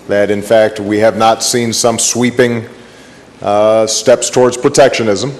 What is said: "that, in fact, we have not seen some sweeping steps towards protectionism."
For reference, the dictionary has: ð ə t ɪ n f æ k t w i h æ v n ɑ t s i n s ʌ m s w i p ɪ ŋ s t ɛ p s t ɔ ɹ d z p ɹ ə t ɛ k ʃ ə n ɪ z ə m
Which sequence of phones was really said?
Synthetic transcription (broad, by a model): ð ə t ɪ n f æ k t w i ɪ v n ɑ t s i n s ʌ m s w i p ɪ ŋ s t ɛ p s t ɔ ɹ d z p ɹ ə t ɛ k ʃ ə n ɪ z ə m